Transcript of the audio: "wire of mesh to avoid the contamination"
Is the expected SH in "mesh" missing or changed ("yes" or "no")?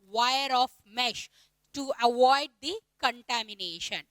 no